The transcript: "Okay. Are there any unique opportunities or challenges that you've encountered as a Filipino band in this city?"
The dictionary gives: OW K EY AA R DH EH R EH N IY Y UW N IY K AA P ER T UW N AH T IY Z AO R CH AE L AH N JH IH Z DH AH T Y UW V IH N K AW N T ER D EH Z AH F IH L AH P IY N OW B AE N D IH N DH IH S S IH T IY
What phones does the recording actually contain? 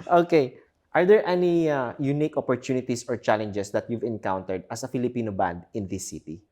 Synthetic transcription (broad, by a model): OW K EY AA R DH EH R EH N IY Y UW N IY K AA P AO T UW N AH T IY S AO R CH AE L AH N JH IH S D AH T Y UW V IH N K AW N T ER D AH S AH F IH L AH P IY N OW B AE N D IH N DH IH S S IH T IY